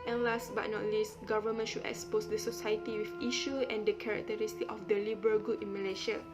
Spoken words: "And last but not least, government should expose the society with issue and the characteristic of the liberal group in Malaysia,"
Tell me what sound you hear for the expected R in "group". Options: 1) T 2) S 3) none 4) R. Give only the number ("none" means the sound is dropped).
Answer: 3